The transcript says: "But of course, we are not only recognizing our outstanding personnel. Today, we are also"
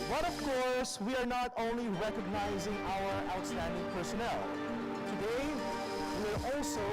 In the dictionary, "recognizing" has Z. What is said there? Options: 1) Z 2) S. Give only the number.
1